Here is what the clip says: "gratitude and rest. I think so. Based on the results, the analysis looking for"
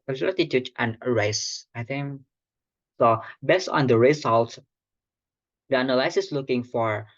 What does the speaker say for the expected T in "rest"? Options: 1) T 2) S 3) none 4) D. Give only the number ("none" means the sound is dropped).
3